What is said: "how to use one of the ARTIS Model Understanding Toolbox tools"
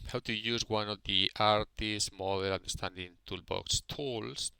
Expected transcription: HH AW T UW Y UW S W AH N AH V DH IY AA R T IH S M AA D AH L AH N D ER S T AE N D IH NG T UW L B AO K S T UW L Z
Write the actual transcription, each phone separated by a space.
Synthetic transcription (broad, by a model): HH AW T UW Y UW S W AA N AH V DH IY AA R T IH S M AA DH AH L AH N D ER S T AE N D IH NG T UW L B AO K S T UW L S